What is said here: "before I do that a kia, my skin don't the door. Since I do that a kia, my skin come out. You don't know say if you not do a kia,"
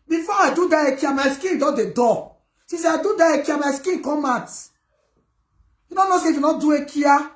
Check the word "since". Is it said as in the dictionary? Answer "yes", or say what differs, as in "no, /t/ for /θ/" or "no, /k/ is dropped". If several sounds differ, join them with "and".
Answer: no, /n/ is dropped